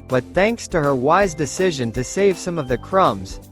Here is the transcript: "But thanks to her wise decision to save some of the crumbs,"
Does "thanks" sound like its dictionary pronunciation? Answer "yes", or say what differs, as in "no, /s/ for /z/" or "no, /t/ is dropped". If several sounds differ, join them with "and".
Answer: yes